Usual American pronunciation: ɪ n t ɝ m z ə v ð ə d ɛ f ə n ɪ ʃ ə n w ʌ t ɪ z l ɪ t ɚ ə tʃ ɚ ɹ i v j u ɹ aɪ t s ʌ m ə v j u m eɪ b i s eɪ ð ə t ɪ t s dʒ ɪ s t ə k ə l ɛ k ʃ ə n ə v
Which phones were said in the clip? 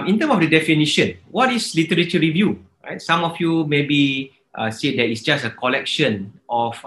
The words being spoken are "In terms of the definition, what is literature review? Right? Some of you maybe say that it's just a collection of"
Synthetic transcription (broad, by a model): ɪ n t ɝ m ə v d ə d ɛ f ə n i ʃ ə n w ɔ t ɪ s l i t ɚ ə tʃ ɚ ɹ i v j u ɹ aɪ t s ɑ m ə f j u m eɪ b i s eɪ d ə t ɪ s dʒ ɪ s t ə k ə l ɛ k ʃ ə n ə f